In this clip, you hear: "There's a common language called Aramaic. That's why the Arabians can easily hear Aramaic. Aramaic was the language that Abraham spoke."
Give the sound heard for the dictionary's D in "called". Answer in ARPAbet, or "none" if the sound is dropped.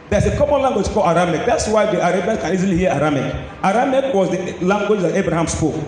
none